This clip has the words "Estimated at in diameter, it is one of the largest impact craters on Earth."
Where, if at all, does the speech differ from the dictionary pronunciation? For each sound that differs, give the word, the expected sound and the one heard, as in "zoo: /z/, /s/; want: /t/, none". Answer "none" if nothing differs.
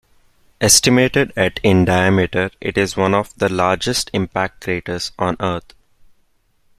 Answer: earth: /θ/, /t/